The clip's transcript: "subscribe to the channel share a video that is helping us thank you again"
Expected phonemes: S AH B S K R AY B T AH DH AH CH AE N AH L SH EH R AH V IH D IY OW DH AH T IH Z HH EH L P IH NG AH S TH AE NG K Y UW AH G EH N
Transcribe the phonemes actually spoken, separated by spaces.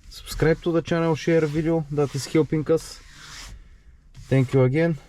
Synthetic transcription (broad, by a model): S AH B S K R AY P T AH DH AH CH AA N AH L SH EH R V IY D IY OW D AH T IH S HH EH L P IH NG AH S T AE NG K Y UW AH G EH N